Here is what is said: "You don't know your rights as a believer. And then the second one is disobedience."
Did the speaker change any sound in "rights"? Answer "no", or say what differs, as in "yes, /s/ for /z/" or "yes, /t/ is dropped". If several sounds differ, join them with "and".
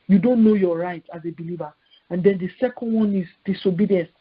yes, /s/ is dropped